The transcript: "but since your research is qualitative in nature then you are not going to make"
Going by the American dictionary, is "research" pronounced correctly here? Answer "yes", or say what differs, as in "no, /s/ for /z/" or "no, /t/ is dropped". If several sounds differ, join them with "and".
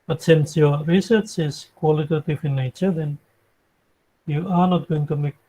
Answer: yes